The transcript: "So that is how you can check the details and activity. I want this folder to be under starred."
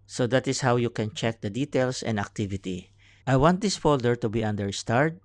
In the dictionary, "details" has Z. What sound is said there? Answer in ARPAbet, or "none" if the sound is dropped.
S